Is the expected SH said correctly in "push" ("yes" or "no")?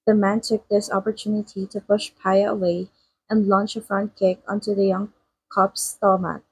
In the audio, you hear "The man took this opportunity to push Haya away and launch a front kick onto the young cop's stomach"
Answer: yes